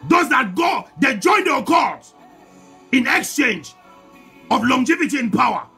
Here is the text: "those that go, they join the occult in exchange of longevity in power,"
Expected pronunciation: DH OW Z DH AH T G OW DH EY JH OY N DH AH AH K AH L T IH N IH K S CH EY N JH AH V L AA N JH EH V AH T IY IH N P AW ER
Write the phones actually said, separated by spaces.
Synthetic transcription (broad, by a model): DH OW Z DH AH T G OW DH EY JH OY N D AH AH K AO T IH N IH K S CH EY N JH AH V L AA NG JH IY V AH T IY IH N P AW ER